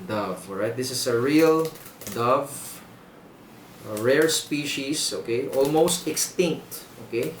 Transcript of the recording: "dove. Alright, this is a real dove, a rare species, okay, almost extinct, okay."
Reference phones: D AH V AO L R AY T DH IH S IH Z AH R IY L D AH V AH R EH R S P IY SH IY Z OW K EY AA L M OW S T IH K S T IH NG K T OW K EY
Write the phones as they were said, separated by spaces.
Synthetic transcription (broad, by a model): D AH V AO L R AY T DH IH S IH S AH R IY L D AH V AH R EH R S P IY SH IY S OW K EY AA L M OW S T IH K S T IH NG K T OW K EY